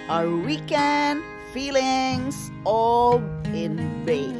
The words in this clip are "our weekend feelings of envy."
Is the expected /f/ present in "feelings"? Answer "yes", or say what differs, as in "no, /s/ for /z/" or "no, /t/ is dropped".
yes